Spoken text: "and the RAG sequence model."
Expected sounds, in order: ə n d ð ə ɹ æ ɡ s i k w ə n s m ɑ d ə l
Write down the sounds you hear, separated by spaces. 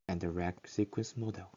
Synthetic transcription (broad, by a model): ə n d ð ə ɹ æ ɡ s i k w ə n s m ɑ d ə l